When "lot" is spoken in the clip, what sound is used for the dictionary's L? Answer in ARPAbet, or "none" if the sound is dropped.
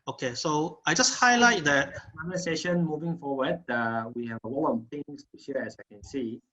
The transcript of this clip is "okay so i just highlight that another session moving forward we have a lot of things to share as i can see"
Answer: W